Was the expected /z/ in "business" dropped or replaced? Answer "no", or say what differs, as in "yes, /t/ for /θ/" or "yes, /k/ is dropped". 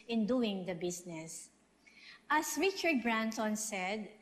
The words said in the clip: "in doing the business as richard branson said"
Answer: yes, /s/ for /z/